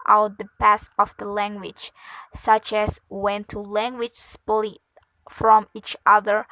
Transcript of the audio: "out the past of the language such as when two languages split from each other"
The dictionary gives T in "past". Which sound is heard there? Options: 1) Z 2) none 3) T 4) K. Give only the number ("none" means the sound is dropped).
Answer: 2